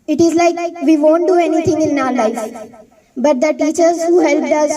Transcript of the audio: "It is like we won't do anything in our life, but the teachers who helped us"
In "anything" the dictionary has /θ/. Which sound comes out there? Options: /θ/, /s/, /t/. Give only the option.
/t/